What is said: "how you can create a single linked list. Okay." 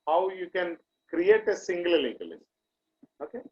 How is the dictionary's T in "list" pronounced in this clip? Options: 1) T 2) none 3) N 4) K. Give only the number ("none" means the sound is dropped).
2